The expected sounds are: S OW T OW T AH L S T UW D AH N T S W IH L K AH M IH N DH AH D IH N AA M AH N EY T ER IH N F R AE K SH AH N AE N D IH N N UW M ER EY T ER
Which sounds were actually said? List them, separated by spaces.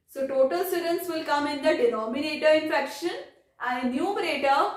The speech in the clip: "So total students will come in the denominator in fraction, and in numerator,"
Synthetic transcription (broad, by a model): S OW T OW T AH L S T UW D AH N S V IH L K AH M IH N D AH D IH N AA M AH N EY T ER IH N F EH K SH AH N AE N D IH N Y UW M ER EY T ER